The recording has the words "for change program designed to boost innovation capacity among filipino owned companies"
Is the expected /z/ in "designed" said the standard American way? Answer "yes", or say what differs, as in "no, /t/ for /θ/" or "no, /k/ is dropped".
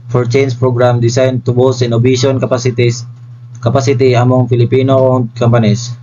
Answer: no, /s/ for /z/